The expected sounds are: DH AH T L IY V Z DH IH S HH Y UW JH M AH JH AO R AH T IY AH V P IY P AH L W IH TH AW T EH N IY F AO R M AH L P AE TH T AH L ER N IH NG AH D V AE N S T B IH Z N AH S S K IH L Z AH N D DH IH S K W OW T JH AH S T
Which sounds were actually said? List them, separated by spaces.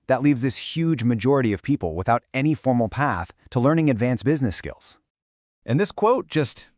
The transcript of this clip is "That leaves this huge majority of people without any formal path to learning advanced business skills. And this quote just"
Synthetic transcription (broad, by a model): DH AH T L IY V Z DH IH S HH Y UW JH M AH JH AO R AH T IY AH V P IY P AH L W IH TH AW T EH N IY F AO R M L P AE TH T AH L ER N IH NG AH D V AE N S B IH Z N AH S S K IH L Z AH N DH IH S K W OW T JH AH S T